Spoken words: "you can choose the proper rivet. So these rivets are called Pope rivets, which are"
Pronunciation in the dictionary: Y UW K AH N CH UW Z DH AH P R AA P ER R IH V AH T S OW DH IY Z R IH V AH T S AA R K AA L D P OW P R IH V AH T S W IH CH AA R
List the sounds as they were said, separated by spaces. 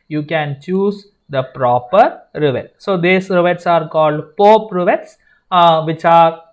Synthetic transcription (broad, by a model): Y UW K AH N CH UW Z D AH P R AA P ER R IH V AH T S OW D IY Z R IH V AH T S AA R K AA L D P OW P R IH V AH T S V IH CH AA R